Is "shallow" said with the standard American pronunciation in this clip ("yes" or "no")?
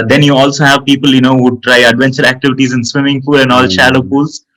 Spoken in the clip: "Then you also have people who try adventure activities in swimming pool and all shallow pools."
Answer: yes